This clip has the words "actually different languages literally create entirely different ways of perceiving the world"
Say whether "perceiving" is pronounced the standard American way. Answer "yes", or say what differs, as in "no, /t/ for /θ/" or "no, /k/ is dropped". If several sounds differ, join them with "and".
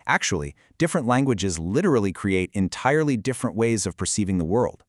yes